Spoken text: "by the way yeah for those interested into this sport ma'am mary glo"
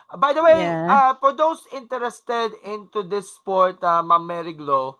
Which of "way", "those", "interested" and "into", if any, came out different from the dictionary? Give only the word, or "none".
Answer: those